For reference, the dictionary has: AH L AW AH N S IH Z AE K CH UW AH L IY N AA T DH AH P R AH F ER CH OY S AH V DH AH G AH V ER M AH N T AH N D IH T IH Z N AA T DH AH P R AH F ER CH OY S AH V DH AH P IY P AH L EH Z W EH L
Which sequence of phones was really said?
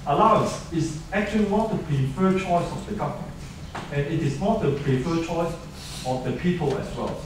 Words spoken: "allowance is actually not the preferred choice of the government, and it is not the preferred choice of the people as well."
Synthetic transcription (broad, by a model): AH L AW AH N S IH S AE K CH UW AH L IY N AA T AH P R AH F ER CH OY S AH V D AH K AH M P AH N AH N IH T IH S N AA T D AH P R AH F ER CH OY S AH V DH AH P IY P AH L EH S W EH L